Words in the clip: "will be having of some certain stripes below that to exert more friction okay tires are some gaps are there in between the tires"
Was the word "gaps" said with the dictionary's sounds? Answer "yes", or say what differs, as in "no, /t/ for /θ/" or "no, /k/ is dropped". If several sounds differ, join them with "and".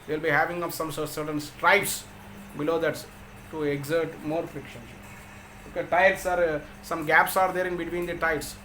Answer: yes